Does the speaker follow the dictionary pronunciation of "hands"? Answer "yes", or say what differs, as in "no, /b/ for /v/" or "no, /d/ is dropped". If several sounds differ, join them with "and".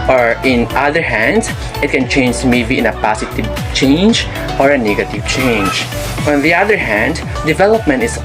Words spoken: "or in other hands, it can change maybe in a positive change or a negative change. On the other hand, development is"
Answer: no, /s/ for /z/